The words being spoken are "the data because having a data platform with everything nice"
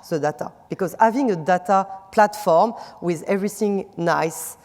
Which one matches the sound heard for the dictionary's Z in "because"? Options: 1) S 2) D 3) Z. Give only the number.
3